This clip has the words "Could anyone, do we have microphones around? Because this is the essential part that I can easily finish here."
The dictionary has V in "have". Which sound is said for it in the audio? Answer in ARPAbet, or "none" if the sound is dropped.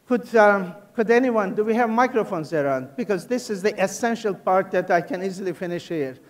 V